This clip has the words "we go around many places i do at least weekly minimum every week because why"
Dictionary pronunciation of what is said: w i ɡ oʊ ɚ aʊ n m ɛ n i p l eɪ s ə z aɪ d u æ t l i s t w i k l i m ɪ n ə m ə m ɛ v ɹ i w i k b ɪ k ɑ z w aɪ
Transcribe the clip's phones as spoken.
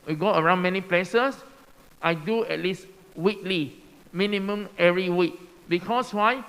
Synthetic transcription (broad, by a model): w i ɡ oʊ ɚ aʊ n m ɛ n i p l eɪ s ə s aɪ d u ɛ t l i s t w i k l i m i n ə m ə m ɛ ɹ i w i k b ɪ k ɑ s w aɪ